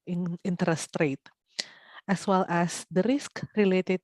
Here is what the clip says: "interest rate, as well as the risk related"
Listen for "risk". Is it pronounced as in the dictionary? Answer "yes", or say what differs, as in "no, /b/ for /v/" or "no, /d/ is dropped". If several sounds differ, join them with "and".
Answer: yes